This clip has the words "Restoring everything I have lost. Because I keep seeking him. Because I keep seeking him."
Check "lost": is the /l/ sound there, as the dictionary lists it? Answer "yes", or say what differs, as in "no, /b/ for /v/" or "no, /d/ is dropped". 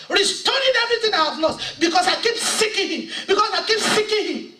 no, /n/ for /l/